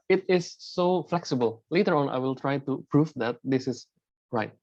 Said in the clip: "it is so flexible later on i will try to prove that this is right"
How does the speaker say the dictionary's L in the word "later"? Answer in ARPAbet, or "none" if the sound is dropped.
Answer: L